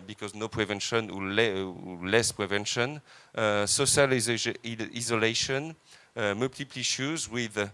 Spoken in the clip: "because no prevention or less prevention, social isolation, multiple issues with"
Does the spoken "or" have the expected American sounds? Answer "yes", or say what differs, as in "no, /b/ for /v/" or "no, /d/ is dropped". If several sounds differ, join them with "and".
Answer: no, /l/ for /ɹ/